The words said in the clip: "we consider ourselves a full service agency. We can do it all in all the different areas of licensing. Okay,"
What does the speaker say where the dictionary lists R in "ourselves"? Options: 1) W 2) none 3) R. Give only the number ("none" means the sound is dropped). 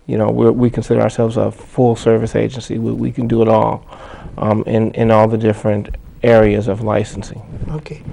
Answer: 3